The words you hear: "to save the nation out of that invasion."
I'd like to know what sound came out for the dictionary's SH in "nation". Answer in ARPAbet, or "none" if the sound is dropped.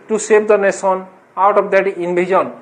S